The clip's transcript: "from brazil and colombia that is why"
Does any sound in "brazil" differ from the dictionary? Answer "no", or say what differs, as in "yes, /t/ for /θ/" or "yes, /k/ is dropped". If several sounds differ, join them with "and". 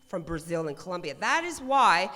no